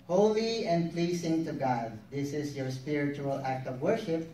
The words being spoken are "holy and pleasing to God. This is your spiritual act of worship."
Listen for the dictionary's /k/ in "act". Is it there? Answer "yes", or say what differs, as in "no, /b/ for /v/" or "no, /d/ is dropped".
yes